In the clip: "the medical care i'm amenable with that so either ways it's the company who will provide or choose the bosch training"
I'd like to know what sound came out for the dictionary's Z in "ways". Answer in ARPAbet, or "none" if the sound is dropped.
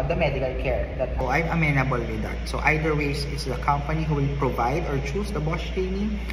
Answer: S